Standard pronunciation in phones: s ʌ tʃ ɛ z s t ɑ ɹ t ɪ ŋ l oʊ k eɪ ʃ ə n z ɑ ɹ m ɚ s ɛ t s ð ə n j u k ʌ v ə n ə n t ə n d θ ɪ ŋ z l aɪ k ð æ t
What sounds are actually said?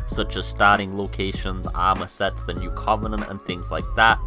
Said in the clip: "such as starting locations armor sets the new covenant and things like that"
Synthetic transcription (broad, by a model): s ʌ tʃ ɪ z s t ɑ ɹ t ɪ ŋ l oʊ k eɪ ʃ ə n z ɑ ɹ m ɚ s ɛ t s ð ə n j u k ʌ v ə n ə n t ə n θ ɪ ŋ z l aɪ k ð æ t